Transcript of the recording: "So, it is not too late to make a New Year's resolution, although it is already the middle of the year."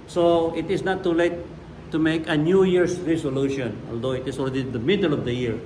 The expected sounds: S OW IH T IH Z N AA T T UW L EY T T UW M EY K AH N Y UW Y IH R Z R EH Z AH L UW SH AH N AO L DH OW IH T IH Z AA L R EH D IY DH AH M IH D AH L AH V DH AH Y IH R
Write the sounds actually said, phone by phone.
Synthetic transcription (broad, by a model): S OW IH T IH S N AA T T UW L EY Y T UW M EY K AH N Y UW Y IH R S R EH S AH L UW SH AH N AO L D OW IH T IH S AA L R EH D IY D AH M IH D AH L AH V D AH Y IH R